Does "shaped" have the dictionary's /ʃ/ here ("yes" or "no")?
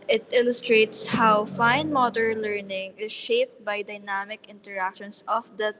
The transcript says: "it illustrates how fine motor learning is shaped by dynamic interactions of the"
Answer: yes